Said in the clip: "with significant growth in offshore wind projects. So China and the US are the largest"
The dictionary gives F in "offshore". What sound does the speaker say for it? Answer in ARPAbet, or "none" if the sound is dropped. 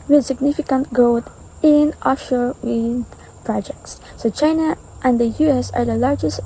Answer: none